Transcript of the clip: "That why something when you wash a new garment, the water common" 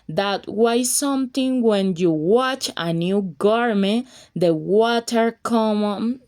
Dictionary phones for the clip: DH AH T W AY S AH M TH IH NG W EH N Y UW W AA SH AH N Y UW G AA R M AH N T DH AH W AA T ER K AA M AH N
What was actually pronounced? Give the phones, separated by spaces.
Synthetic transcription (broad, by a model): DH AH T W AY S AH M T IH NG W EH N Y UW W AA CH AH N Y UW G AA R M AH N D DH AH W AA T ER K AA M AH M